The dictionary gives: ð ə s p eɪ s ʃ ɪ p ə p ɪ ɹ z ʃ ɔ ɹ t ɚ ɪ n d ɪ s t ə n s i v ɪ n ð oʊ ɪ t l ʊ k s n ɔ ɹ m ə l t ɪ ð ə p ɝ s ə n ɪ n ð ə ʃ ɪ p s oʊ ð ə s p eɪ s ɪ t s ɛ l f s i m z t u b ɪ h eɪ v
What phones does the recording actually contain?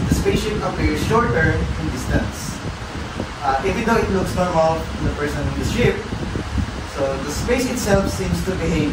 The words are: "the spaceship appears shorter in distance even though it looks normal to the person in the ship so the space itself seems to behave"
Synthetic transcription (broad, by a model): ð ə s p eɪ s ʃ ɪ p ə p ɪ ɹ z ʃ ɔ ɹ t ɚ ɪ n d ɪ s t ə n s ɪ f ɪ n oʊ ɪ t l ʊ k s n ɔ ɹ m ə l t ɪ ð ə p ɝ s ə n ɪ n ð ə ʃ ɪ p s oʊ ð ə s p eɪ s ɪ t s ɛ l f s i m s t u b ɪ h eɪ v